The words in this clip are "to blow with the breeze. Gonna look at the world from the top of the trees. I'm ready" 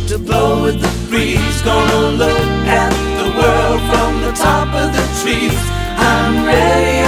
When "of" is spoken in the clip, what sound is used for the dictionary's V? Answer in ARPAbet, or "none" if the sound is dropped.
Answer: V